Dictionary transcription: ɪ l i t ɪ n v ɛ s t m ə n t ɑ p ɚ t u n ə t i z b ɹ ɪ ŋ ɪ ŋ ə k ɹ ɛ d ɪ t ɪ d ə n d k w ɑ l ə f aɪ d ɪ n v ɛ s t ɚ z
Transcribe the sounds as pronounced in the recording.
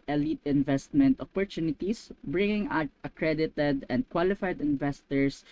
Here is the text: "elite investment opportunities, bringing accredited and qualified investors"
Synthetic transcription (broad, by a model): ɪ l i t ɪ n v ɛ s t m ə n t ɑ p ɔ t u n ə t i s b ɹ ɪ ŋ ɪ ŋ ə k ɹ ɛ d ɪ t ɪ d ə n d k w ɑ l ə f aɪ d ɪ n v ɛ s t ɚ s